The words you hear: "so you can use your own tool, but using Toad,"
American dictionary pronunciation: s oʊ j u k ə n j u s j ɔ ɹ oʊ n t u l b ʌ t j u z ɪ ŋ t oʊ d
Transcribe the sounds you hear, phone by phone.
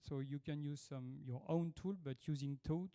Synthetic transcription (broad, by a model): s oʊ j u k ə n j u s j ɔ ɹ oʊ n t u l b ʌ t j u z ɪ ŋ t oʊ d